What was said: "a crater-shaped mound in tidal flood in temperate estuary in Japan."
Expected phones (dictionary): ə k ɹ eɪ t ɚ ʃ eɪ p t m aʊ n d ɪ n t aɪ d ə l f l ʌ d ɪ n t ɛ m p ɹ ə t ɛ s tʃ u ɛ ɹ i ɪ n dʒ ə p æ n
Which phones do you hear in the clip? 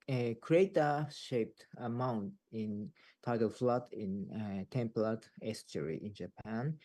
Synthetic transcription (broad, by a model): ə k ɹ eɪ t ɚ ʃ eɪ p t m aʊ n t ɪ n t aɪ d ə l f l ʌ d ɪ n t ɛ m p l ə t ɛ s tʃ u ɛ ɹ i ɪ n dʒ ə p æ n